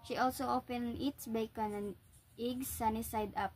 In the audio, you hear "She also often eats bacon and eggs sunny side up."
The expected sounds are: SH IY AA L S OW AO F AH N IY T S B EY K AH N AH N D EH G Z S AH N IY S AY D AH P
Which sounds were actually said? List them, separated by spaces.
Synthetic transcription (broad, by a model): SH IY AA L S OW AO P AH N IY T S B EY K AH N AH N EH G S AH N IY S AY D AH P